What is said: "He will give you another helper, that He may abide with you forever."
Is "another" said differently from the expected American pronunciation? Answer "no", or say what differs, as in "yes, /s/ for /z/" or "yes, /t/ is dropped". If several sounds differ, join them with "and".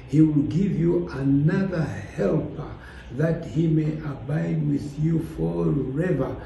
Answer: no